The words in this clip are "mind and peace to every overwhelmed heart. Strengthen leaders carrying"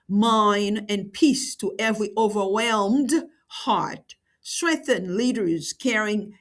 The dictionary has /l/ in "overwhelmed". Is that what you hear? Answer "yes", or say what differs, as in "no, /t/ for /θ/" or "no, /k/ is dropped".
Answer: yes